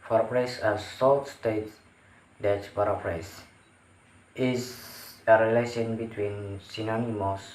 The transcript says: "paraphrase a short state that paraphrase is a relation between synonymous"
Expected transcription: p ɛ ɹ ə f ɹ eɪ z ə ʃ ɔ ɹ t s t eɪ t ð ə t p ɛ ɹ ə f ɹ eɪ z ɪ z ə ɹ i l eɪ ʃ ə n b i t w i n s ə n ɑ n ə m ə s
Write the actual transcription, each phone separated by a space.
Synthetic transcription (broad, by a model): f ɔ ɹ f ɹ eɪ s ə s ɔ l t s t eɪ t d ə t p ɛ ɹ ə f ɹ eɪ s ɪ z ə ɹ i l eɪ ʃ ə n b i t w i n s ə n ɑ n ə m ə s